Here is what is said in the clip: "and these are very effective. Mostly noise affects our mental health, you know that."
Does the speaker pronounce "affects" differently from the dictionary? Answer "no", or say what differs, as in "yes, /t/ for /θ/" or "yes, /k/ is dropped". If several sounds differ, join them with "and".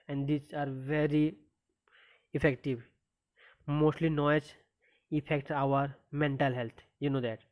yes, /s/ is dropped